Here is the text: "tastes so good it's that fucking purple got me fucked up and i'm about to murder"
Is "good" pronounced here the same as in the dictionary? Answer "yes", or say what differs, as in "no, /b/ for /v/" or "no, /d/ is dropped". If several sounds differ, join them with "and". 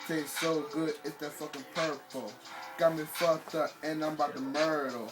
yes